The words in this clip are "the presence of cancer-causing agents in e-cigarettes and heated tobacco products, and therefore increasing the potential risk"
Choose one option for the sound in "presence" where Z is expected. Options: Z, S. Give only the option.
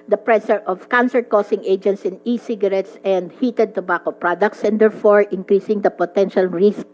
S